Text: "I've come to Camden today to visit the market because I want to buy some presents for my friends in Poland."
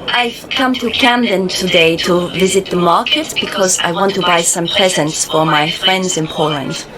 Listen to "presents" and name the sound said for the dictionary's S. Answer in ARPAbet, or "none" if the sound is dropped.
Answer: S